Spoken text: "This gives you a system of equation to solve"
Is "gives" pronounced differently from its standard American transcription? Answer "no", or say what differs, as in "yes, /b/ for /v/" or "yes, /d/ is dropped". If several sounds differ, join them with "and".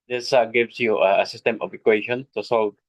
yes, /s/ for /z/